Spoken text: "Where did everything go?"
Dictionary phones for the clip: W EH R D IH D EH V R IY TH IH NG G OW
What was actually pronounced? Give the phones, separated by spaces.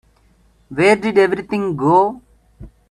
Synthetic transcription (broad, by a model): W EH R D IH D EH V R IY T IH NG G OW